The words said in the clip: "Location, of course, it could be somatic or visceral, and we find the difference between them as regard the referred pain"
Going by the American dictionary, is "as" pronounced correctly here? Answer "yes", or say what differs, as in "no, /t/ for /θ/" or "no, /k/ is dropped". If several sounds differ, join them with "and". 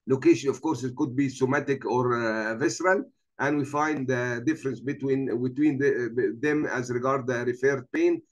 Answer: yes